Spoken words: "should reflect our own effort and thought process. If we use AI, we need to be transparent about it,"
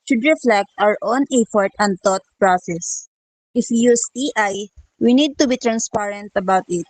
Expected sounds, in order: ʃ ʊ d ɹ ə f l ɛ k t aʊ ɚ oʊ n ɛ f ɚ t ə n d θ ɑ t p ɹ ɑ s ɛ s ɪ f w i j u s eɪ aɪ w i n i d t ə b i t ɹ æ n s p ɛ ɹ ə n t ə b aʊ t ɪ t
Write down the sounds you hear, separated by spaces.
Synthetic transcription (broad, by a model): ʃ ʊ d ɹ ə f l ɛ k t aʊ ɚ oʊ n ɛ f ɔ t ə n d t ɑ t p ɹ ɑ s ɛ s ɪ f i j u s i aɪ w i n i d t ə b i t ɹ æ n s p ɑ ɹ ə n t ə b aʊ t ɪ t